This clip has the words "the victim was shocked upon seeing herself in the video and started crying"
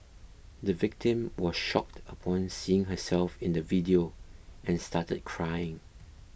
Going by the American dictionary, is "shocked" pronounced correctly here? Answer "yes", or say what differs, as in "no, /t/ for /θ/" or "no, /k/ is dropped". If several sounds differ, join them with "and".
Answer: yes